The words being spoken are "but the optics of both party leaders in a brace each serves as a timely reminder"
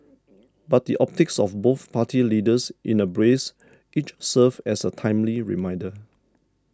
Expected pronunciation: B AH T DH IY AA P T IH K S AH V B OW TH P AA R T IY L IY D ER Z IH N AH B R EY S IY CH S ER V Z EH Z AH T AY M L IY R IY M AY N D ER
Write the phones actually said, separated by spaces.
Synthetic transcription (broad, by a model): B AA T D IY AA P T IH K S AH F B OW TH P AA T IY L IY D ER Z IH N AH B R EY S IY CH S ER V EH S AH T AY M L IY R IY M AY N D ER